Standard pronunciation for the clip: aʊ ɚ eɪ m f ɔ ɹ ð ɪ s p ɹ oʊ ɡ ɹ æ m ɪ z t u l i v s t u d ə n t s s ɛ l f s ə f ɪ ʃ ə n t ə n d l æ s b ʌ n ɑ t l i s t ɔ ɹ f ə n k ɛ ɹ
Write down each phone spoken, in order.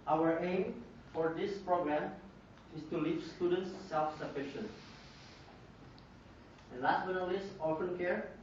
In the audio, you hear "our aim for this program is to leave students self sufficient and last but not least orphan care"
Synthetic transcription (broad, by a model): aʊ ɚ eɪ m f ɔ ɹ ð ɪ s p ɹ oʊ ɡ ɹ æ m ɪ s t u l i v s t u d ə n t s s ɛ l f s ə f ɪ ʃ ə n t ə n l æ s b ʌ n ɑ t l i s ɔ l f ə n k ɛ ɹ